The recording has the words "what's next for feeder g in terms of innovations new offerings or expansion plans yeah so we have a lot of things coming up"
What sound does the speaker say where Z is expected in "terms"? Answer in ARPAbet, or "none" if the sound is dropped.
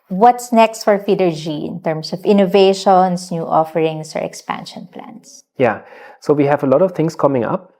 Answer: S